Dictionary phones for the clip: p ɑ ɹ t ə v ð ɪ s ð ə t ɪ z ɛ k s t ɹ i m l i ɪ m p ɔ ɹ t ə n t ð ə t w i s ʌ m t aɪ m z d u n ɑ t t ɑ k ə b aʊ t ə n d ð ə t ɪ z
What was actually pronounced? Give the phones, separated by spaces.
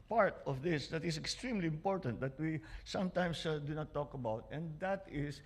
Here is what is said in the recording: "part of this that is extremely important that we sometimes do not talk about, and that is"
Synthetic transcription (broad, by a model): p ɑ ɹ t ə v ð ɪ s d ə t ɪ s ɛ k s t ɹ i m l i ɪ m p ɔ ɹ t ə n t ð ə t w i s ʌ m t aɪ m s d u n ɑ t t ɑ k ə b aʊ t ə n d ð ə t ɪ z